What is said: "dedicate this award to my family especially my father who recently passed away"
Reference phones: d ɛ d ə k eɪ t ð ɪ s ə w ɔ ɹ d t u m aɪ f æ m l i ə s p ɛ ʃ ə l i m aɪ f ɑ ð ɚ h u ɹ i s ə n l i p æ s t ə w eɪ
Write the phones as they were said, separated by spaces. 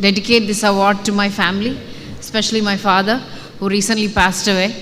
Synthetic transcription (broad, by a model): d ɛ d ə k eɪ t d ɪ s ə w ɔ ɹ d t u m aɪ f æ m l i s p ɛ ʃ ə l i m aɪ f ɑ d ɚ h u ɹ i s ə n l i p æ s t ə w eɪ